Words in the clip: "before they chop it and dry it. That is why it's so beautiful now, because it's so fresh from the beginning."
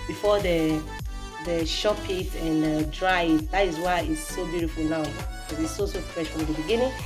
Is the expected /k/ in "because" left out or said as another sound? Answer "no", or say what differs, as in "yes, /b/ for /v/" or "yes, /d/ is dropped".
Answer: yes, /k/ is dropped